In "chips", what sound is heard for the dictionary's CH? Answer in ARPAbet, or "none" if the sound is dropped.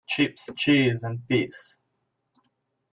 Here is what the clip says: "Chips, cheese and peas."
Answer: CH